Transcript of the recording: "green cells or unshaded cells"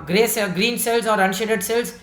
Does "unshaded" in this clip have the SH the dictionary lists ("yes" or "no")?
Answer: yes